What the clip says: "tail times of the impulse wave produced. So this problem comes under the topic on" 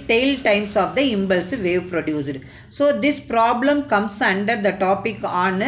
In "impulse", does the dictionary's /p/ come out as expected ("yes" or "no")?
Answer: no